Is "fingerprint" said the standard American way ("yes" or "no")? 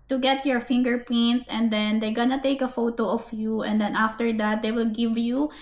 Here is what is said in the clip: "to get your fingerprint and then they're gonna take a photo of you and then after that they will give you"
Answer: no